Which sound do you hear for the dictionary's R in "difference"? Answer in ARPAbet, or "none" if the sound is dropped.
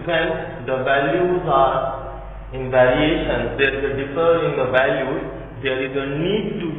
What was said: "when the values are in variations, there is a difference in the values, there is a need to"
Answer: none